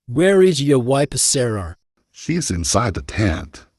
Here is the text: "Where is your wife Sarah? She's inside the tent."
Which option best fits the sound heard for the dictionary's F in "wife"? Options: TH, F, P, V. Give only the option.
P